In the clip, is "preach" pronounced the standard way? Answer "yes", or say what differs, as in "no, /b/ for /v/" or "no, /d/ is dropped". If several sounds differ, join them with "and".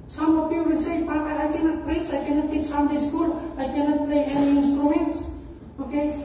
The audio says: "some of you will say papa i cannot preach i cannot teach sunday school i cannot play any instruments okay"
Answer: no, /s/ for /tʃ/